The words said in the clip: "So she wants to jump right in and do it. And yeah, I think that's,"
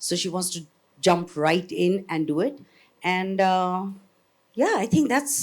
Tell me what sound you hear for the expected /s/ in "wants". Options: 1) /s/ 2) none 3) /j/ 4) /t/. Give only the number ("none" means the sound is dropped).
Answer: 1